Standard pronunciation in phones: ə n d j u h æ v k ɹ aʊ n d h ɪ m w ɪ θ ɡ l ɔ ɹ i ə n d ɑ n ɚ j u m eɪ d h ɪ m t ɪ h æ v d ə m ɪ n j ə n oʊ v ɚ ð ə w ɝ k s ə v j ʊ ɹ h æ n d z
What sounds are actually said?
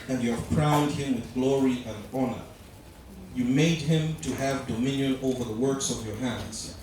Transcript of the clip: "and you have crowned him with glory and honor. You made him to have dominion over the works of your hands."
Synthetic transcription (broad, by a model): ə n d j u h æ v k ɹ aʊ n d h ɪ m w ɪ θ ɡ l ɔ ɹ i ə n d ɑ n ɚ j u m eɪ d h ɪ m t ɪ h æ v d ə m ɪ n j ə n oʊ v ɚ ð ə w ɝ k s ə v j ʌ ɹ h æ n d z